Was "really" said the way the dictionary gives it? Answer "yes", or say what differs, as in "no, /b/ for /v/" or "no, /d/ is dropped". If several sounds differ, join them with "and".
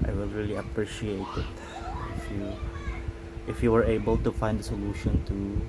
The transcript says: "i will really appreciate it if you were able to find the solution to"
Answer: yes